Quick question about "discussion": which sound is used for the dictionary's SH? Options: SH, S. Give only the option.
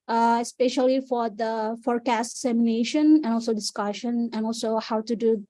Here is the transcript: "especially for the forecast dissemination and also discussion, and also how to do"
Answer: SH